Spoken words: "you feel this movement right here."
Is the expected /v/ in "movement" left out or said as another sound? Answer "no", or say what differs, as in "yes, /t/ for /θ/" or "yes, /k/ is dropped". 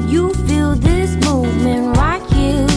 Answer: no